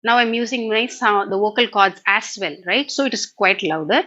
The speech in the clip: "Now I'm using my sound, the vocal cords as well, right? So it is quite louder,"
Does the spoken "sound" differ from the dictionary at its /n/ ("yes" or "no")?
yes